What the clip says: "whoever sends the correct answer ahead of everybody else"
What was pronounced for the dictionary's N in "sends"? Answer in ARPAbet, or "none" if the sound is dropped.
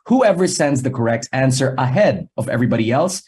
N